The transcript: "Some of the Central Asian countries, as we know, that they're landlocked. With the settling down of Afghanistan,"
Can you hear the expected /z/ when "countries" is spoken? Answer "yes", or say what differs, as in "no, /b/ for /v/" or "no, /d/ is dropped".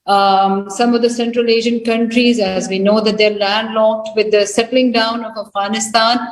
yes